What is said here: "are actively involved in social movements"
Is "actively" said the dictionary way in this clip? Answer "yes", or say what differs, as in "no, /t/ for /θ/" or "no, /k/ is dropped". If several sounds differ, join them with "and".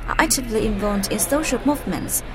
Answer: no, /k/ is dropped